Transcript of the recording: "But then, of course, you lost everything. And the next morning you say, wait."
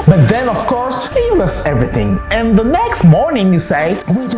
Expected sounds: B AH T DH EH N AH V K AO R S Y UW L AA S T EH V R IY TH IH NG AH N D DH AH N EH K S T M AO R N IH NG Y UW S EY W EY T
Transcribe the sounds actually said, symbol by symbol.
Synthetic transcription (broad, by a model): B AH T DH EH N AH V K AO R S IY W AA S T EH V R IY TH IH NG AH N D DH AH N EH K S T M AO R N IH NG Y UW S EY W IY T